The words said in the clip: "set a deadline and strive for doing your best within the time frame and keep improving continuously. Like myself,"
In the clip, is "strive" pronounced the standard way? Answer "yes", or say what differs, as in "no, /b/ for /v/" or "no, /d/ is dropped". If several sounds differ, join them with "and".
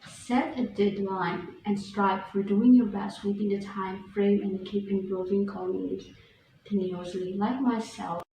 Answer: no, /p/ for /v/